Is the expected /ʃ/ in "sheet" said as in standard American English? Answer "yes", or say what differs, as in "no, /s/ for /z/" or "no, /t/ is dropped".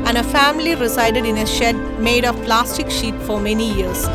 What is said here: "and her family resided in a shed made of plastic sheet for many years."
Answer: yes